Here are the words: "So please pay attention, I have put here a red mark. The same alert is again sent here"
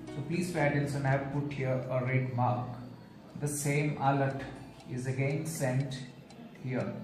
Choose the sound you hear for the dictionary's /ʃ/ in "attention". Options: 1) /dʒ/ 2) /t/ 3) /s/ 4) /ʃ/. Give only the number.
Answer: 3